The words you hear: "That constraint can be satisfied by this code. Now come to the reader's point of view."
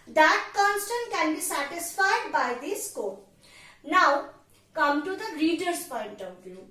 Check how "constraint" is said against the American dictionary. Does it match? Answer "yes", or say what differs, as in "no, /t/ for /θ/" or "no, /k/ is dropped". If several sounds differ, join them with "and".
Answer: no, /ɹ/ is dropped